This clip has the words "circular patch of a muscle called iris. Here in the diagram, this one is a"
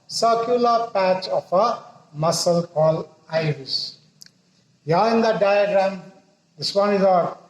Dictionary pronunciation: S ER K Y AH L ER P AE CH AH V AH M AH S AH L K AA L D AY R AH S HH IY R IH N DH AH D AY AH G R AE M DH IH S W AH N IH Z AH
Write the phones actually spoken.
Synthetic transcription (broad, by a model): S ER K Y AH L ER P AE CH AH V AH M AH S AH L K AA L AY R AH S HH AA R IH N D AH D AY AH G R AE M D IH S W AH N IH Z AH